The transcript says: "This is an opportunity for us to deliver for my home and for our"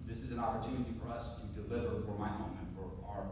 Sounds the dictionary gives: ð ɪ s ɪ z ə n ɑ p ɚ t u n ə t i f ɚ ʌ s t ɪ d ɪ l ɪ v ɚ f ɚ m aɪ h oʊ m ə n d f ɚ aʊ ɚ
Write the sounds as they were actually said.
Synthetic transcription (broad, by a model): ð ɪ s ɪ z ə n ɑ p ɚ t u n ə t i f ɚ ʌ s t ɪ d ɪ l ɪ v ɚ f ɚ m aɪ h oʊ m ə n f ɚ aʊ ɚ